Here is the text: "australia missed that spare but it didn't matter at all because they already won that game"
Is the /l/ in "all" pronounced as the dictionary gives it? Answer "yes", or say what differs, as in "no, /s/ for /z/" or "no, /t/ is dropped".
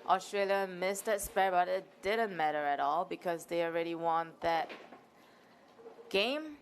yes